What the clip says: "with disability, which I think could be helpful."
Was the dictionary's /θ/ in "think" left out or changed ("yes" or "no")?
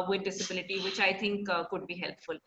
yes